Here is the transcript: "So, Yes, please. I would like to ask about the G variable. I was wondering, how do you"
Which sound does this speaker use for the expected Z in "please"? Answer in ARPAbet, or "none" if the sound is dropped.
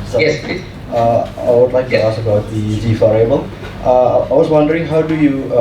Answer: none